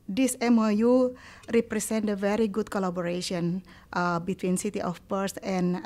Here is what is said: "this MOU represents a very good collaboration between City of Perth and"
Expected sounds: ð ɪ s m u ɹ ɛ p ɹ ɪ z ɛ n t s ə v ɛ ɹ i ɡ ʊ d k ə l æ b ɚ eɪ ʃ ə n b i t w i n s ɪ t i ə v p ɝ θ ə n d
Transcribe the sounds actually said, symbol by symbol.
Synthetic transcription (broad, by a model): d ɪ s m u ɹ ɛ p ɹ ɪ s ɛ n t ə v ɛ ɹ i ɡ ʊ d k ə l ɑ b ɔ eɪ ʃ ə n b i t w i n s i t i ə f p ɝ s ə n